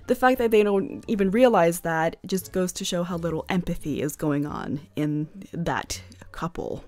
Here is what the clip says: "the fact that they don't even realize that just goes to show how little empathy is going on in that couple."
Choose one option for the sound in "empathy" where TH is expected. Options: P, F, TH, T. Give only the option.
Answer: TH